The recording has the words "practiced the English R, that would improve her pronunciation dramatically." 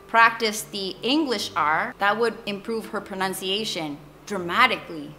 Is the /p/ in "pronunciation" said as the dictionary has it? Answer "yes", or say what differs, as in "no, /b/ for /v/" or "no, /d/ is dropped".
yes